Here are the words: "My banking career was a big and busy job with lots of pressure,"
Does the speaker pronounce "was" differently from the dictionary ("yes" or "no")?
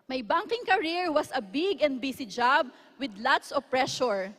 yes